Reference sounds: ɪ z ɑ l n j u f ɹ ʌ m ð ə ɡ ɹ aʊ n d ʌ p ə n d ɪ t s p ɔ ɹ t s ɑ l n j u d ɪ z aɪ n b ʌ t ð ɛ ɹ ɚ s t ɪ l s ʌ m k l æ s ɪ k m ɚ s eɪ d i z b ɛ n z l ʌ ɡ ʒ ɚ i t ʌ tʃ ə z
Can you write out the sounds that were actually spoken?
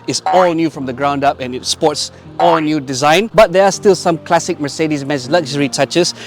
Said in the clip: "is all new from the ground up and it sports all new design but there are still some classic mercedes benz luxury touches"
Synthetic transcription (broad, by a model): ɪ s ɑ l n j u f ɹ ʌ m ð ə ɡ ɹ aʊ n d ʌ p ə n ɪ t s p ɔ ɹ t s ɑ l n j u d ɪ z aɪ n b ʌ t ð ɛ ɹ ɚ s t ɪ l s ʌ m k l æ s ɪ k m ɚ s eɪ d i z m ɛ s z l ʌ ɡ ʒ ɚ i t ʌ tʃ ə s